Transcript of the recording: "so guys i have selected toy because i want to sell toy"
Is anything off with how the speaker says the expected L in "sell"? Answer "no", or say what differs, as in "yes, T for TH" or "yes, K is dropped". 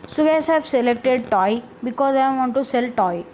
no